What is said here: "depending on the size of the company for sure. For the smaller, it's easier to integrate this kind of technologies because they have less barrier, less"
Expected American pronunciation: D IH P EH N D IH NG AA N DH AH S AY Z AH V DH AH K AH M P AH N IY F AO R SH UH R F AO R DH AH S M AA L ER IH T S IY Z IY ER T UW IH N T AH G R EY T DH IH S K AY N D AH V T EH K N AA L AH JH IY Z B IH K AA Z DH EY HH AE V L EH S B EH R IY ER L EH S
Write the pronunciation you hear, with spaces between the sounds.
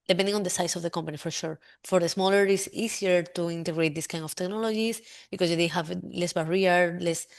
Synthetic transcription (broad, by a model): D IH P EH N D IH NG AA N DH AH S AY S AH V DH AH K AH M P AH N IY F AO R SH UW R F AO R DH AH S M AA L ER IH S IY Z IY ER T UW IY N T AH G R EY T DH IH S K AY N D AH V T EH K N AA L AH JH IY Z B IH K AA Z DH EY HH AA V L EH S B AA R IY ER L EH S